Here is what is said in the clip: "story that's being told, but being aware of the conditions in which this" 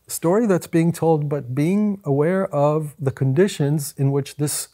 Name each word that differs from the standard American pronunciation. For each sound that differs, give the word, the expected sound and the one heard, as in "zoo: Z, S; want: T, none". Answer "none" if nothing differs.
none